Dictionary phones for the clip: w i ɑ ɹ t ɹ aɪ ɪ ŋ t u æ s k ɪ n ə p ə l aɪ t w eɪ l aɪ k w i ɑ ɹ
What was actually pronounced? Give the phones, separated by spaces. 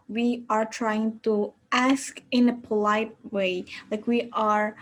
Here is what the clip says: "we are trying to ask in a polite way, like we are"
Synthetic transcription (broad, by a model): w i ɑ ɹ t ɹ aɪ ɪ ŋ t u æ s k ɪ n ə p ə l aɪ t w eɪ l aɪ k w i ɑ ɹ